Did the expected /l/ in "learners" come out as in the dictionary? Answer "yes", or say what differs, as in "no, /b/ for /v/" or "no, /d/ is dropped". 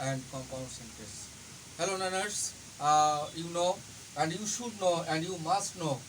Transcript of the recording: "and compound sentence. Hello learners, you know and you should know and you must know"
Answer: no, /n/ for /l/